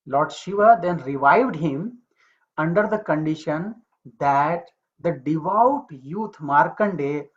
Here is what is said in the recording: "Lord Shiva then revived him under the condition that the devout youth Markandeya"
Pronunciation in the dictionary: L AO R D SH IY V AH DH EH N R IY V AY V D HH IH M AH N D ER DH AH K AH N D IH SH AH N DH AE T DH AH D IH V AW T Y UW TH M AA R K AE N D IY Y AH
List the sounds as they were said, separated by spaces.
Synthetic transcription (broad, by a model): L AO R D SH IY V AH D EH N R IY V AY V D HH IH M AH N D ER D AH K AH N D IH SH AH N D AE T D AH D IH V AW T Y UW T M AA R K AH N D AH